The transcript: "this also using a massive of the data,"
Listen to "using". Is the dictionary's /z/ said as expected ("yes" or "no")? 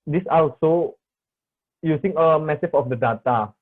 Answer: no